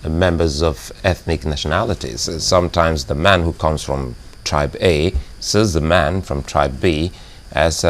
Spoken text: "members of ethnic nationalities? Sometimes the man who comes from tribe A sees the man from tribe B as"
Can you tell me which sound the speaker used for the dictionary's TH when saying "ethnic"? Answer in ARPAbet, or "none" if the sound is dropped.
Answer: TH